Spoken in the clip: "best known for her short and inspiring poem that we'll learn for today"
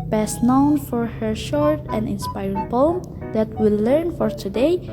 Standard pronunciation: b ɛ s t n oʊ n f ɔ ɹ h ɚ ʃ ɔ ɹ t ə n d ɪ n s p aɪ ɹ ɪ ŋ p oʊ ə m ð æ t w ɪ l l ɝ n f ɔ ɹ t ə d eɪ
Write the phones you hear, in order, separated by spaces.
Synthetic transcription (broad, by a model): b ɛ s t n oʊ n f ɔ ɹ h ɚ ʃ ɔ ɹ t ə n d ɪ n s p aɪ ɹ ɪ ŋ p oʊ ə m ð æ t w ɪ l l ɝ n f ɔ ɹ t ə d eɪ